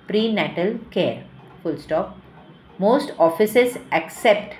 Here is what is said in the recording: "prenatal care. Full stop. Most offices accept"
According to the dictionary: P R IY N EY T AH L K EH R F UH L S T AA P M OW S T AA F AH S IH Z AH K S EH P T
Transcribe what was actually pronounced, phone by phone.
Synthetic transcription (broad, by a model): P R IY N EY T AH L K EH R F UH L S T AA P M OW S T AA F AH S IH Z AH K S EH P T